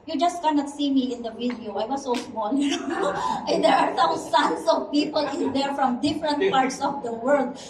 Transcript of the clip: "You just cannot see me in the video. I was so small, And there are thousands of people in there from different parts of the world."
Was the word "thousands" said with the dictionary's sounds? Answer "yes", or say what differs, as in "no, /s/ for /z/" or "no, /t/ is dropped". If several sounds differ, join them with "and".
no, /s/ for /θ/ and /s/ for /z/ and /s/ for /z/